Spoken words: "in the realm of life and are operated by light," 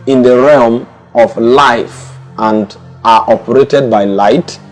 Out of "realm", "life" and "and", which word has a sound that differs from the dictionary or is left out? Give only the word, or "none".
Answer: none